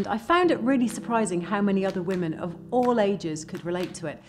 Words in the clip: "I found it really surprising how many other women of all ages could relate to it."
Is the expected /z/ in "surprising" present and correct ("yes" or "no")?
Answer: yes